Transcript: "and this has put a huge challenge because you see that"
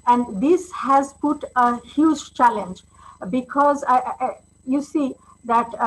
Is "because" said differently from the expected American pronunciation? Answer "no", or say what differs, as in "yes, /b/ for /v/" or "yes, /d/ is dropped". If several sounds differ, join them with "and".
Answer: no